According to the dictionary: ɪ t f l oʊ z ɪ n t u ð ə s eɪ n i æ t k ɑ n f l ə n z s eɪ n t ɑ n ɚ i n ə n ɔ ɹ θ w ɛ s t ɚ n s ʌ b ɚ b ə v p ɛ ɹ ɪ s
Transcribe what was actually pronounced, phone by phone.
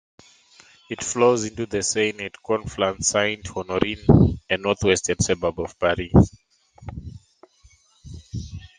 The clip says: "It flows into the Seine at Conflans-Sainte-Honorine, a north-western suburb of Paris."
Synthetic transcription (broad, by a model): ɪ t f l oʊ z ɪ n t u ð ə s eɪ n i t k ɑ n f l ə n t s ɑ n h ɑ n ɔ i n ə n ɔ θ w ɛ s t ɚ n s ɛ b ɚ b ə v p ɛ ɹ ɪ